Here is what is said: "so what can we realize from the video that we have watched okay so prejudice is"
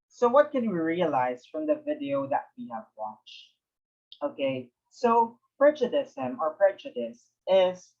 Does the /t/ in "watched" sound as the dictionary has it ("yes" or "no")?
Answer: yes